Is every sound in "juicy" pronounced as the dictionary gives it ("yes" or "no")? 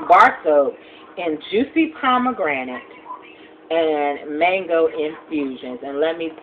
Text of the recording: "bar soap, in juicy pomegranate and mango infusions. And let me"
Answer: yes